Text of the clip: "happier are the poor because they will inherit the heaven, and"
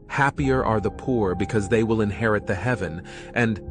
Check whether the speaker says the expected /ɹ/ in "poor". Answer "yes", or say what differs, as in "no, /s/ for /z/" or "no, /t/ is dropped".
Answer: yes